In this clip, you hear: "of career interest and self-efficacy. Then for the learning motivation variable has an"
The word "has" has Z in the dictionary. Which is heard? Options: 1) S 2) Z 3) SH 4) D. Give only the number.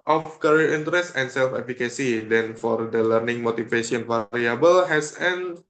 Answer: 1